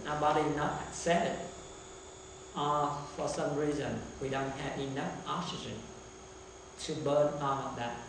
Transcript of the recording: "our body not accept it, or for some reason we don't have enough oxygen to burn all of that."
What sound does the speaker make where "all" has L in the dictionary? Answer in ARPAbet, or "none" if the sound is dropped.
N